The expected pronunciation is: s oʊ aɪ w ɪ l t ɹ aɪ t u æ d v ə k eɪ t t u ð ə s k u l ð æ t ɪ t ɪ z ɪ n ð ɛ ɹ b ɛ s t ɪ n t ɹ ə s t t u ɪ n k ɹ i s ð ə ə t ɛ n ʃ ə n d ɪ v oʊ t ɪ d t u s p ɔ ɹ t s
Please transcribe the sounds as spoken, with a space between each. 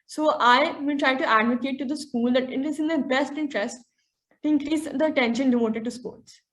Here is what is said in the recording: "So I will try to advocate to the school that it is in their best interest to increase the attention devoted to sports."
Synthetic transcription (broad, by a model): s oʊ aɪ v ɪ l t ɹ aɪ t u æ d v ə k eɪ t t u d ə s k u l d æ t ɪ t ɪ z ɪ n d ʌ b ɛ s t ɪ n t ɹ ə s t t u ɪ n k ɹ i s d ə ə t ɛ n ʃ ə n d ɪ v oʊ t ɪ d t u s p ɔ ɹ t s